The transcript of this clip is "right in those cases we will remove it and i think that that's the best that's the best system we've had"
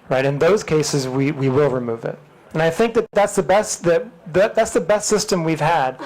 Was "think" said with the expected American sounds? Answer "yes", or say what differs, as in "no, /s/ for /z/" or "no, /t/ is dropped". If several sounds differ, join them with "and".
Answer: yes